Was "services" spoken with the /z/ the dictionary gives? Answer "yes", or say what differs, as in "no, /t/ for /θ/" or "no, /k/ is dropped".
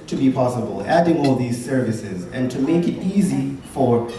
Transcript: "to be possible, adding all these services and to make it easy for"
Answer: yes